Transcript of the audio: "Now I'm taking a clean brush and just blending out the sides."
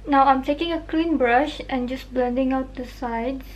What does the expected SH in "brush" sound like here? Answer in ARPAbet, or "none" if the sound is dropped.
SH